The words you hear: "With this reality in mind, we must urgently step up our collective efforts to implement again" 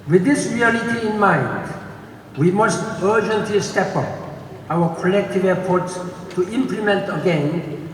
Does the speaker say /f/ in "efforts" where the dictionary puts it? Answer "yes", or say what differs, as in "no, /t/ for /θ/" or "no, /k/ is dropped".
no, /p/ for /f/